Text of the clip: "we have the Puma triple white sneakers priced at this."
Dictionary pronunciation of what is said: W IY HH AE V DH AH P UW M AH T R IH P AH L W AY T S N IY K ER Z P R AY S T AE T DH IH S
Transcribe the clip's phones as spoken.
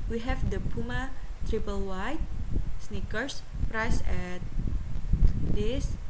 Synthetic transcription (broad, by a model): W IY HH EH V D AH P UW M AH T R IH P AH L W AY T S N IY K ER S P R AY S EH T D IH S